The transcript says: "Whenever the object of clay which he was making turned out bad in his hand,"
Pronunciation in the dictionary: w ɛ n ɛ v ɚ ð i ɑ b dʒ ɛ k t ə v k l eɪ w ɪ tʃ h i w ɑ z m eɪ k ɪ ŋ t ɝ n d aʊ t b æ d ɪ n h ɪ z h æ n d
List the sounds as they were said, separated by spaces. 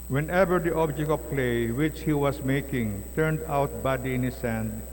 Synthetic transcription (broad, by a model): w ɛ n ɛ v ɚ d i ɑ b dʒ ɛ k t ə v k l eɪ w ɪ tʃ h i w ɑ s m eɪ k ɪ ŋ t ɝ n d aʊ t b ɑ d ɪ n h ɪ s h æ n d